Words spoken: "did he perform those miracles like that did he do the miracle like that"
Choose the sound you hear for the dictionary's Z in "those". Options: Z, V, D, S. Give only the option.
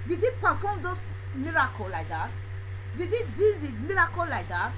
S